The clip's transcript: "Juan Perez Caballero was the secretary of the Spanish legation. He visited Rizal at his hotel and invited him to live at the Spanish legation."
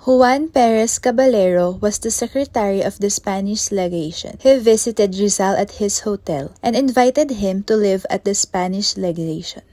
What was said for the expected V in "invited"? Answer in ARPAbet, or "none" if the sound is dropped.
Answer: V